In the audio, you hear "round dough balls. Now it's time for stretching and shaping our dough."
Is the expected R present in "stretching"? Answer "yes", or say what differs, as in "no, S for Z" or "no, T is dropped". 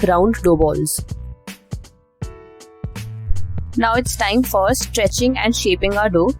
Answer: yes